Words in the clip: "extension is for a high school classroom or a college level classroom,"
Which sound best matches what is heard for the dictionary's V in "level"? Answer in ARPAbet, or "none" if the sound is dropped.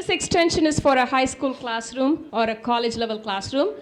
V